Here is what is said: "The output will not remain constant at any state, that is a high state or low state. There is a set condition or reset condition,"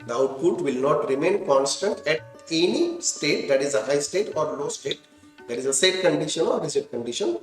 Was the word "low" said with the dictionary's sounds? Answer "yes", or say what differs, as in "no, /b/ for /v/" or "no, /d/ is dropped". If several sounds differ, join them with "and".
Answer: yes